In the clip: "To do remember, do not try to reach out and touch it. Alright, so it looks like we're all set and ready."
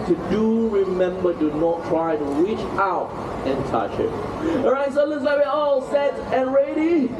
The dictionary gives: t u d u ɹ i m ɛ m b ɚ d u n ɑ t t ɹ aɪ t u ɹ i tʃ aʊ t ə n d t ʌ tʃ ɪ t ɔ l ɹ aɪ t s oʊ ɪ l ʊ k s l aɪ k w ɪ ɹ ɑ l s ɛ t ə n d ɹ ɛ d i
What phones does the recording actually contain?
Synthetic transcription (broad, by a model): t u d u ɹ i m ɛ m b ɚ d u n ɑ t t ɹ aɪ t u ɹ i tʃ aʊ t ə n t ʌ tʃ ɪ t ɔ ɹ aɪ t s oʊ l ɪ s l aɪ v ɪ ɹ ɑ l s ɛ t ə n ɹ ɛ d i